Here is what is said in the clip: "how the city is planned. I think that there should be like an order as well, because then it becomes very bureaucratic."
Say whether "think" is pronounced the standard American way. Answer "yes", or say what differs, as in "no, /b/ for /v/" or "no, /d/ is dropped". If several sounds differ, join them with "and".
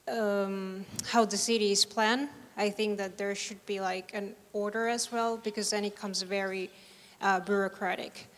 yes